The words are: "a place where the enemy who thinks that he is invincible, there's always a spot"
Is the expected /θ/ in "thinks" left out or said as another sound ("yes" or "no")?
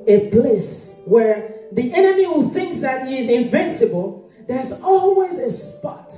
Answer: no